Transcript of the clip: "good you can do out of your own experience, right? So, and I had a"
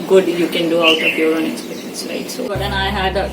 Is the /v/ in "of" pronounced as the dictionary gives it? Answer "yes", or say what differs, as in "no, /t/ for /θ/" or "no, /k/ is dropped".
no, /b/ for /v/